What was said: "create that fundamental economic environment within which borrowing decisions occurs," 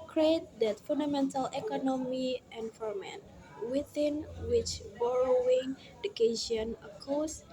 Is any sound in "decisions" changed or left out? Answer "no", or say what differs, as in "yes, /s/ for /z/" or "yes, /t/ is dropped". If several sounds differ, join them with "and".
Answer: yes, /z/ is dropped